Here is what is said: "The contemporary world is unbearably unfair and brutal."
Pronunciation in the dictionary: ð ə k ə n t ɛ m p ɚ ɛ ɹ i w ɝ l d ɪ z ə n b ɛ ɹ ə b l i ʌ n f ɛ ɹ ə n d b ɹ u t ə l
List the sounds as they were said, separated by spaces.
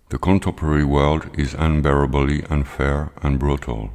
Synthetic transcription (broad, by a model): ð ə k ə n t ɛ m p ɚ ɛ ɹ i w ɝ l d ɪ z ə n b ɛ ɹ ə b l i ʌ n f ɛ ɹ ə n b ɹ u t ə l